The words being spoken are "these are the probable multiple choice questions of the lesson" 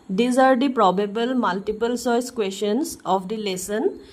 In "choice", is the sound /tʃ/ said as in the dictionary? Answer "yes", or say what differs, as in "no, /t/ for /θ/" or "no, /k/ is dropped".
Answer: no, /s/ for /tʃ/